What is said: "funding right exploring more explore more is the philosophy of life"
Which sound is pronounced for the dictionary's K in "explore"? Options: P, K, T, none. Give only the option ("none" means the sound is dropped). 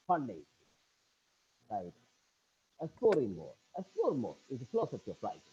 none